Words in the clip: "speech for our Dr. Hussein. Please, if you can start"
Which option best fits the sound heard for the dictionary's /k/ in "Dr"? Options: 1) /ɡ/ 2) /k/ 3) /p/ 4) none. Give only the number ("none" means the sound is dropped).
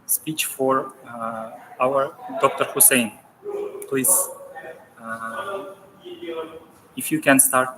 2